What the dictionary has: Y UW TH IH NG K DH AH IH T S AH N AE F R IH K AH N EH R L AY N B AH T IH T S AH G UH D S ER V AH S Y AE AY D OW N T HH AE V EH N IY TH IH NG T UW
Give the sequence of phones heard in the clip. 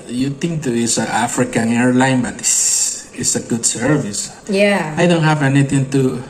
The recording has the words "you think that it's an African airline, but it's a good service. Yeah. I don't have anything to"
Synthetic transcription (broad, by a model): Y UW T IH NG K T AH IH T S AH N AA F R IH K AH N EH R L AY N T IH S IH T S AH G UH D S ER V AH S Y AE AY D OW N T HH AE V EH N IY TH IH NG T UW